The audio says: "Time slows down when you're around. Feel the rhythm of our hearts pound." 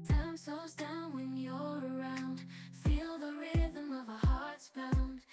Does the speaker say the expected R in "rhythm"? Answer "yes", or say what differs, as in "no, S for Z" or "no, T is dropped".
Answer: yes